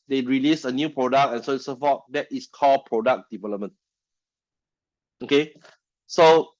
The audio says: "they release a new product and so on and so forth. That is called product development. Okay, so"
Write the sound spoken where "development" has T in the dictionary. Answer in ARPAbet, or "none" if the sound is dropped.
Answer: none